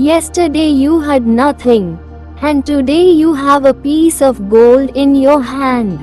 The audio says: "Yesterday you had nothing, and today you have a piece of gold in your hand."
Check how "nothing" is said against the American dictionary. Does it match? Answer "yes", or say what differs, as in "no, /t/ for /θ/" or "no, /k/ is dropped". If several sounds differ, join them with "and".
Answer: no, /t/ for /θ/